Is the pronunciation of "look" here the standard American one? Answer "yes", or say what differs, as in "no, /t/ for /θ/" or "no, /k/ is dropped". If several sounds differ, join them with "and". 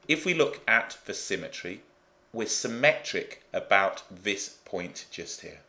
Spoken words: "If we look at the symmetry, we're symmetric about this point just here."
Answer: yes